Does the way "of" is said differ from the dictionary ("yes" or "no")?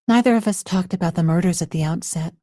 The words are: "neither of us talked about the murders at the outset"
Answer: no